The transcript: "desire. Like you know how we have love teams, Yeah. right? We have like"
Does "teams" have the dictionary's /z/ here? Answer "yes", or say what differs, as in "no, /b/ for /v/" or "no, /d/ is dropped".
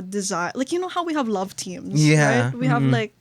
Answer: yes